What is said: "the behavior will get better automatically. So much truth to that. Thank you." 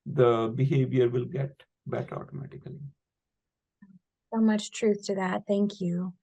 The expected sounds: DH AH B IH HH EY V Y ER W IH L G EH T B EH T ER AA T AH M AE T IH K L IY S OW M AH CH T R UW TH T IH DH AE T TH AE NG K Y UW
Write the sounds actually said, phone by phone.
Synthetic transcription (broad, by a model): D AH B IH HH EY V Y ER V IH L G EH T B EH T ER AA T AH M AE T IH K L IY S OW M AH CH T R UW TH T IH DH AE T TH AE NG K Y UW